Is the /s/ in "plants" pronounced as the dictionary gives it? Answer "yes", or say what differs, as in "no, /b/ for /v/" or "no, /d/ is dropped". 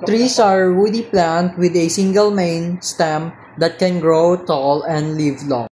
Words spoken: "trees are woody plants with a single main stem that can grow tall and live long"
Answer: no, /s/ is dropped